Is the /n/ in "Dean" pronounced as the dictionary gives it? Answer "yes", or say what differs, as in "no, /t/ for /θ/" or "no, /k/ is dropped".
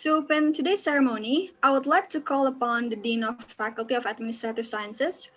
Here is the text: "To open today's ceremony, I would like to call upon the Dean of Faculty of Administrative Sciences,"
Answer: yes